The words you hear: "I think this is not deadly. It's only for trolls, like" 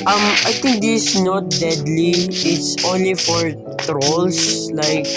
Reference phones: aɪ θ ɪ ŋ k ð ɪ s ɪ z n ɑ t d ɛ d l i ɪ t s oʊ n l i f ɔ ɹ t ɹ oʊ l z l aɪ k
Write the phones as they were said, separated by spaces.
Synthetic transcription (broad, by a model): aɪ t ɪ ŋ k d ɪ s n ɑ t d ɛ d l i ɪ t s oʊ n l i f ɔ ɹ t ɹ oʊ l s l aɪ k